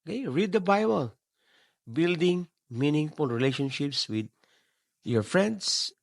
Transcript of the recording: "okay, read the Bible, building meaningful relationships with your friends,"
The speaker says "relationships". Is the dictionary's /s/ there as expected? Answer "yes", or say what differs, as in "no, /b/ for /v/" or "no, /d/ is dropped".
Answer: yes